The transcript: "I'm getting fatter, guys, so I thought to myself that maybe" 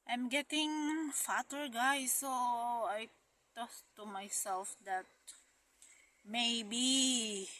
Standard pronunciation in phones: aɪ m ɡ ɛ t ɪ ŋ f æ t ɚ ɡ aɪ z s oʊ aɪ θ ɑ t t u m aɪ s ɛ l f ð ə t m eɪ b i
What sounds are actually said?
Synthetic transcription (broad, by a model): aɪ m ɡ ɛ t ɪ ŋ f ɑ t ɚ ɡ aɪ s oʊ aɪ t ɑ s t u m aɪ s ɛ l f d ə t m eɪ b i